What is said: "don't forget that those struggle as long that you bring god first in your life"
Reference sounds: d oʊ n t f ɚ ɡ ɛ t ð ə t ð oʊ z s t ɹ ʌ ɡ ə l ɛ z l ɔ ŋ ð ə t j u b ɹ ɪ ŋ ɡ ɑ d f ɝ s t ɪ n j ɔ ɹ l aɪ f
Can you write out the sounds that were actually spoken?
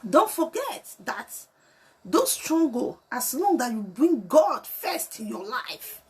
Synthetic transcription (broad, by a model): d oʊ n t f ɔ ɡ ɛ t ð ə t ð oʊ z s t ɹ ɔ ɡ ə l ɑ s l ɔ ŋ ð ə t j u b ɹ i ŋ ɡ ɑ d f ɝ s t ɪ n j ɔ l aɪ f